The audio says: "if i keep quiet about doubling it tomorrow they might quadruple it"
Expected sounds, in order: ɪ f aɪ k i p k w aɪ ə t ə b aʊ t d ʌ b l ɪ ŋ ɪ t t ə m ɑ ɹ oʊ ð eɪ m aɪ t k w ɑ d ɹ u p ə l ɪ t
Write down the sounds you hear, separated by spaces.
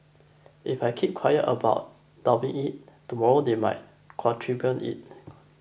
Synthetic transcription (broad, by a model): ɪ f aɪ k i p k w aɪ ə t ə b aʊ t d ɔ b ɪ ŋ ɪ t t ə m ɑ ɹ oʊ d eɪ m aɪ t k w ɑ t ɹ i b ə n ɪ t